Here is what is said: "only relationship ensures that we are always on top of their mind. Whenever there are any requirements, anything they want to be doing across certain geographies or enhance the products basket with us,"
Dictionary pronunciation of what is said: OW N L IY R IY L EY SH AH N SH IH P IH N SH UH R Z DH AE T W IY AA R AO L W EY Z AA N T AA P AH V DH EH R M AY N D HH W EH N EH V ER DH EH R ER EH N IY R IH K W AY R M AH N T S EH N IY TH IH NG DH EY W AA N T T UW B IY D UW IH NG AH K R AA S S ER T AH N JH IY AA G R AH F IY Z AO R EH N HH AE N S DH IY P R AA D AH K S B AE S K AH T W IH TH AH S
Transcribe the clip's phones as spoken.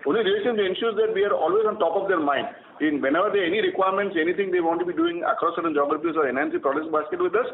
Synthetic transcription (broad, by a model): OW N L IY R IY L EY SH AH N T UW IH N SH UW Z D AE T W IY AA R AO L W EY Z AA N T AA P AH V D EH R M AY N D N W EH N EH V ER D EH EH N IY R IH K W AY R M AH N T S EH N IY T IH NG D EY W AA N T T UW B IY D UW IH NG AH K R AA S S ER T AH N JH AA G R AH P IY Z AO R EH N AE N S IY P R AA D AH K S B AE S K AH T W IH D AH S